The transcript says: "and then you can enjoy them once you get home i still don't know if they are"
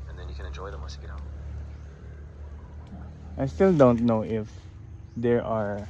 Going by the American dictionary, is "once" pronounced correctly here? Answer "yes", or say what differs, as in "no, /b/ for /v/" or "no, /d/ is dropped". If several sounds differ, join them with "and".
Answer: no, /n/ is dropped